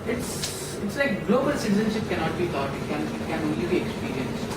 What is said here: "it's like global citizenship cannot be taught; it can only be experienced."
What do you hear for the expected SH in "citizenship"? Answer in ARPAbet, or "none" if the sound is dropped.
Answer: SH